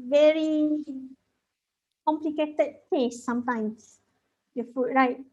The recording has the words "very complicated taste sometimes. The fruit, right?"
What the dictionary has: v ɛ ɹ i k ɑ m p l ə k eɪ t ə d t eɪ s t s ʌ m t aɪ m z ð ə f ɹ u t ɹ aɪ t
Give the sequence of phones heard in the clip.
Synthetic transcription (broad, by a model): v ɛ ɹ i k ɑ m p l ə k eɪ t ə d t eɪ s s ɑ m t aɪ m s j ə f u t ɹ aɪ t